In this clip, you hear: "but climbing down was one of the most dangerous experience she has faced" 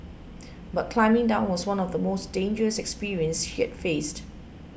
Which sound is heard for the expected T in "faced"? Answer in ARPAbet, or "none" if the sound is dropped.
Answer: T